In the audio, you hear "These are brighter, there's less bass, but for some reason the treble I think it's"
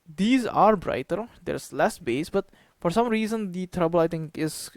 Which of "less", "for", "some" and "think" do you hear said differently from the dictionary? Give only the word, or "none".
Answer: think